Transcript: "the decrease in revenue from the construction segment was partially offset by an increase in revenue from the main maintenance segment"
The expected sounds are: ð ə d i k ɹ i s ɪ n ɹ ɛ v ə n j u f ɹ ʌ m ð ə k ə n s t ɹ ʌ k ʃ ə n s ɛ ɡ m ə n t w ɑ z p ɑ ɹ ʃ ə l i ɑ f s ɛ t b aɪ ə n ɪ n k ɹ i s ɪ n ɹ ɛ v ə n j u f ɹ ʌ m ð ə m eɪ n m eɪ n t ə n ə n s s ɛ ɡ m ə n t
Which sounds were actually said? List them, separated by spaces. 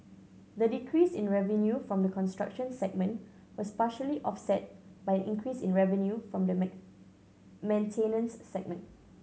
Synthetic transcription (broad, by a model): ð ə d i k ɹ i s ɪ n ɹ ɛ v ə n j u f ɹ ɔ m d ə k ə n s t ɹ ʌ k ʃ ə n s ɛ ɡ m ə n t w ɑ s p ɑ ʃ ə l i ɑ f s ɛ t b aɪ ə n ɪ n k ɹ i s ɪ n ɹ ɛ v ə n j u f ɹ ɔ m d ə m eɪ m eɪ n t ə n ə n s s ɛ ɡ m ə n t